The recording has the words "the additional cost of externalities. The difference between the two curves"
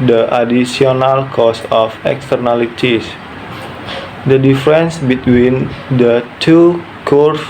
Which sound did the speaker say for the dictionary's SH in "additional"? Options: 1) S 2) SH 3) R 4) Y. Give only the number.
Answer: 1